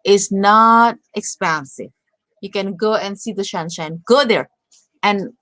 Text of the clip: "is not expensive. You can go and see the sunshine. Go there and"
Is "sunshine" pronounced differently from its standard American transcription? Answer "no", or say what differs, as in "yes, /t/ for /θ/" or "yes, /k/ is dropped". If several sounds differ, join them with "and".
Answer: yes, /ʃ/ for /s/